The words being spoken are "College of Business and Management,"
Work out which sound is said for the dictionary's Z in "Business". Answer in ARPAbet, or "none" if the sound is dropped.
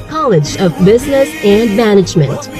Z